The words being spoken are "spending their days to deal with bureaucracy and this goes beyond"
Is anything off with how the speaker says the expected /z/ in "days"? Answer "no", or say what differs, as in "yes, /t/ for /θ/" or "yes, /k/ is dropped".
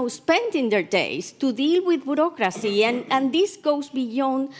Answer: yes, /s/ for /z/